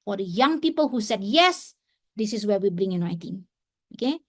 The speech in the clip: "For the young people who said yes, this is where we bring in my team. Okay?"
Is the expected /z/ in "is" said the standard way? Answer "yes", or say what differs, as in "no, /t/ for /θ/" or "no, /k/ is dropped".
no, /s/ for /z/